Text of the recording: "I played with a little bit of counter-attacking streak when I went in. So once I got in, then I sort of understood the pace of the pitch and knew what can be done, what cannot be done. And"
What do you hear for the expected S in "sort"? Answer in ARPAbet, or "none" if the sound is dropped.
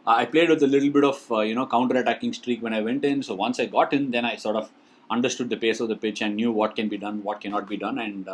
S